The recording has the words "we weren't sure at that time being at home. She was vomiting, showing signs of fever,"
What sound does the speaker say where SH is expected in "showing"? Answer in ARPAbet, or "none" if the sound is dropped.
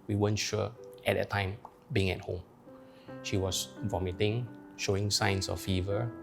SH